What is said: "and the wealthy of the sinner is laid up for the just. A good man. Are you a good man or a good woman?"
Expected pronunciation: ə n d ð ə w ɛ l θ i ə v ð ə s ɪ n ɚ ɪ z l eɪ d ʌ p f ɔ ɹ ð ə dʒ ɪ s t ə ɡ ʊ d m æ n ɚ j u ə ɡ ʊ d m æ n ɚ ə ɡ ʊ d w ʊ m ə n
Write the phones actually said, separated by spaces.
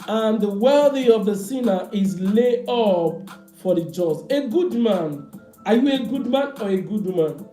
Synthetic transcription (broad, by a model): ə n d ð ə w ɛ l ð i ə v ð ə s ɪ n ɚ ɪ z l eɪ ʌ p f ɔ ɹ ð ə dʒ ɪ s ə ɡ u d m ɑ n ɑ j u ə ɡ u d m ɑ n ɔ ə ɡ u d m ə n